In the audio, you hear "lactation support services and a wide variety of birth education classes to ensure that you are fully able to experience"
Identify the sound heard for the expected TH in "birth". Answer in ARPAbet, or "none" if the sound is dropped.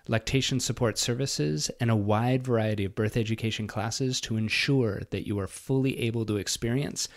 TH